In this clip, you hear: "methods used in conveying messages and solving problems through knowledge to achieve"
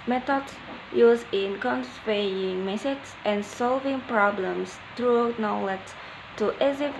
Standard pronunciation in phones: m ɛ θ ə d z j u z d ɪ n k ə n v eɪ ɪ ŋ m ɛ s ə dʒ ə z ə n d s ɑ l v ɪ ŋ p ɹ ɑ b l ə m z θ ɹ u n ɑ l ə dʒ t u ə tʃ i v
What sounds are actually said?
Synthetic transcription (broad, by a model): m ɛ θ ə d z j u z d ɪ n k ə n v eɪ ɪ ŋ m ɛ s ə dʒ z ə n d s ɑ l v ɪ ŋ p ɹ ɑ b l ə m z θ ɹ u n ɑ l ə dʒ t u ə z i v